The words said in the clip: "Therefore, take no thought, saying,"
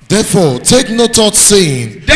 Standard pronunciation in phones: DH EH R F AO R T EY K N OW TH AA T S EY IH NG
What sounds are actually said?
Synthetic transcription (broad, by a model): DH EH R F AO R T EY K N OW T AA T S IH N